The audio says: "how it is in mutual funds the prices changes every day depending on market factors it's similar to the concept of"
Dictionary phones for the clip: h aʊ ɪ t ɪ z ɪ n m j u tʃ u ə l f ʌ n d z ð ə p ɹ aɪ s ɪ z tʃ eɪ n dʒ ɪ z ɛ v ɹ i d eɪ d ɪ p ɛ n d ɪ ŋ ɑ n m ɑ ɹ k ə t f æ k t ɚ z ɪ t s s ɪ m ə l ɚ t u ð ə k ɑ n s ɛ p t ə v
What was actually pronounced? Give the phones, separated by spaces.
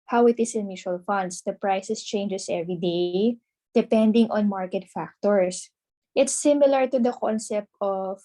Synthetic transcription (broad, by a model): h aʊ ɪ t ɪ s ɪ n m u ʃ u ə l f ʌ n d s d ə p ɹ aɪ s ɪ s tʃ eɪ n dʒ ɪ s ɛ v ɹ i d eɪ d ɪ p ɛ n d ɪ ŋ ɑ n m ɑ ɹ k ə t f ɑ k t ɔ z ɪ t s s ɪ m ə l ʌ t u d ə k ɑ n s ɛ p t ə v